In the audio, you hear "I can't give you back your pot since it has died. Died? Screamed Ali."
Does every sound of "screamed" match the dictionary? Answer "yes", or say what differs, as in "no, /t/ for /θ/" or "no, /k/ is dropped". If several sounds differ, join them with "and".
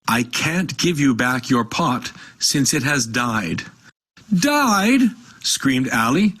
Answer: yes